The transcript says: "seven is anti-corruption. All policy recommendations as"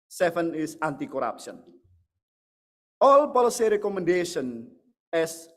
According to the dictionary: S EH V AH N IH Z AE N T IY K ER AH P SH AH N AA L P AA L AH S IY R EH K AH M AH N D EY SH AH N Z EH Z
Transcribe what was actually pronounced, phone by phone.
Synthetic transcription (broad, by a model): S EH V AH N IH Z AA N T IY K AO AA P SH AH N AA L P AA L AH S IY R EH K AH M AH N D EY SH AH N EH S